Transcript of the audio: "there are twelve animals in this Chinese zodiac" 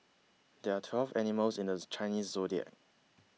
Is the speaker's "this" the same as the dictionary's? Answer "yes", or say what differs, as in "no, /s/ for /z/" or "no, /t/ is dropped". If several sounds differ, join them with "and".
no, /s/ is dropped